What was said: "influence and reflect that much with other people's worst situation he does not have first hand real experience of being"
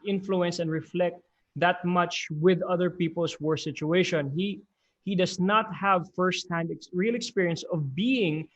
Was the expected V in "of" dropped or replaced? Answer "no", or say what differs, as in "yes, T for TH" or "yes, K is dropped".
no